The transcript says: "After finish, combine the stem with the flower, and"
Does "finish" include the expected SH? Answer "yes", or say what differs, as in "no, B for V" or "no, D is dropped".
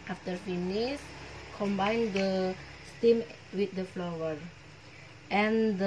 no, S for SH